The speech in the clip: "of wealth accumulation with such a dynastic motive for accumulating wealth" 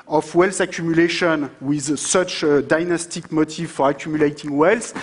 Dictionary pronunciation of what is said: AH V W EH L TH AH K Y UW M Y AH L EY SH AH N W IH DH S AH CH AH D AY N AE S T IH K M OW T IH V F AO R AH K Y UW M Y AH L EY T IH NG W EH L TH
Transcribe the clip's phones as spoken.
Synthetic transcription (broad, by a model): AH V W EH L S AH K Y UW M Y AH L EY SH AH N W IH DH S AH CH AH D AY N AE S T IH K M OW T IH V F AO R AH K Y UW M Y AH L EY T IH NG W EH L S